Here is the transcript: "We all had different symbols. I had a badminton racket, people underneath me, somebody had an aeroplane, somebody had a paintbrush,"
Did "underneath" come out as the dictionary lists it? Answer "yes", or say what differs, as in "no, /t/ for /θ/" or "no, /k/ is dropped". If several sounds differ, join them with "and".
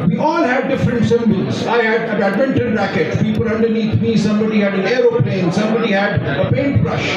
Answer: no, /t/ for /θ/